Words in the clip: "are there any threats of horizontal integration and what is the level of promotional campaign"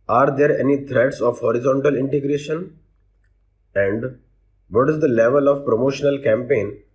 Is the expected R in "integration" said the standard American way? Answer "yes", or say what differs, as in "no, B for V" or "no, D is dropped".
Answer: yes